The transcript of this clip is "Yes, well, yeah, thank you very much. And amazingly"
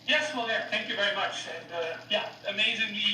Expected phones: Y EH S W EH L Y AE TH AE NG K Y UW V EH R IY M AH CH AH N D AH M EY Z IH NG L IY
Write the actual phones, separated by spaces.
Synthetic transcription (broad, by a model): Y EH S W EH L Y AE TH AE NG K Y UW V EH R IY M AH CH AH N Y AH M EY Z IH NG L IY